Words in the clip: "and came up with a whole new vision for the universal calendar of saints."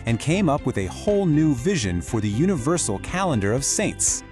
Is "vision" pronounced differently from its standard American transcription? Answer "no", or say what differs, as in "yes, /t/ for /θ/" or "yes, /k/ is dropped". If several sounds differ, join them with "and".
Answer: no